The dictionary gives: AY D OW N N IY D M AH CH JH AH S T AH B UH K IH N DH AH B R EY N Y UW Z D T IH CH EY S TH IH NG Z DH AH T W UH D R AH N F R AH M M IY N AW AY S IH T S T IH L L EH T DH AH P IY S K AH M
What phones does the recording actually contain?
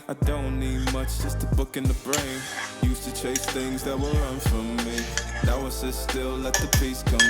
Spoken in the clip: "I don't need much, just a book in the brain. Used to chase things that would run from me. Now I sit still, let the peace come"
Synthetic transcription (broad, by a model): AY D OW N N IY D M AH CH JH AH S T AH B UH K IH N DH AH B R EY N Y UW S T IH CH EY S TH IH NG Z DH AH T W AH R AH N F R AH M M IY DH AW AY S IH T S T IH L L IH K DH AH P IY S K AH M